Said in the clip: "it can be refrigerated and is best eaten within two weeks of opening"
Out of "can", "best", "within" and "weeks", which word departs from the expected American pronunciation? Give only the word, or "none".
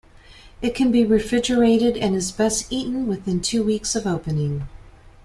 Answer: none